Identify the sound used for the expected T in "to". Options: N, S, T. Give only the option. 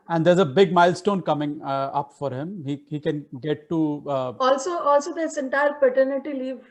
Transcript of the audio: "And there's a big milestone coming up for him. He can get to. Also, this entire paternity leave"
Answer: S